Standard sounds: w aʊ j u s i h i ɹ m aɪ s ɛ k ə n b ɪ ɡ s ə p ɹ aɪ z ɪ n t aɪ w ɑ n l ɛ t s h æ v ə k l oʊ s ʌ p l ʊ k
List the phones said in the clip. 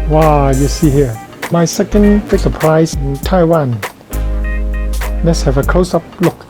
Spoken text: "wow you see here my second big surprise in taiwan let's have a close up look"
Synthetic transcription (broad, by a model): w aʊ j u s i h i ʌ m aɪ s ɛ k ə n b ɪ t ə p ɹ aɪ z ɪ n t aɪ w ɑ n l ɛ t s h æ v ə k oʊ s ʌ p l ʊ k